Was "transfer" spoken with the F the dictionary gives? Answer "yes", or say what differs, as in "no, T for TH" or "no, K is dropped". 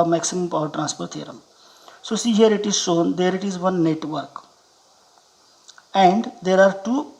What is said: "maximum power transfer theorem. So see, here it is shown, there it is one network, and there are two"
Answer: no, P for F